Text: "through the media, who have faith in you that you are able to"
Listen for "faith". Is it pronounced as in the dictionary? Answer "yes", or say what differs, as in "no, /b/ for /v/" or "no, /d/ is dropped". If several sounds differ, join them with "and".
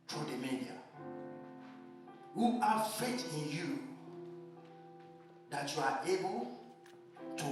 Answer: no, /t/ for /θ/